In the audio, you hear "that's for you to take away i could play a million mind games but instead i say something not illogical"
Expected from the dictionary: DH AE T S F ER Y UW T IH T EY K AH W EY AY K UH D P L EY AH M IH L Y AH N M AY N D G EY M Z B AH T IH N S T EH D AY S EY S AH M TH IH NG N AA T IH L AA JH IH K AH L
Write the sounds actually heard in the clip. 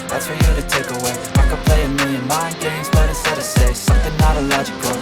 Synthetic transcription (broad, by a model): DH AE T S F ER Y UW T IH T EY K AH W EY AY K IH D P L EY AH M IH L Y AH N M AY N G EY M Z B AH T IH S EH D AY S EY S AH M TH IH NG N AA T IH L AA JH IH K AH L